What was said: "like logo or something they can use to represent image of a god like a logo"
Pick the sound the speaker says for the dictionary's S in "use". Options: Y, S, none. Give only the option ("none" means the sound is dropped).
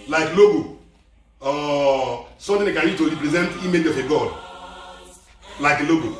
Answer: none